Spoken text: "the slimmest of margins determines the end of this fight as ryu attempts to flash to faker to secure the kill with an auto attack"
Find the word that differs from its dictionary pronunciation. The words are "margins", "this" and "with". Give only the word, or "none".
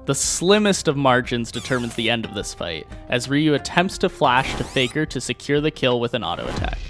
none